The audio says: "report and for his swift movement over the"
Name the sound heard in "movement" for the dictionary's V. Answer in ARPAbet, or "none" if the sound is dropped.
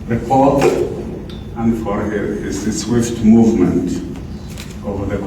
V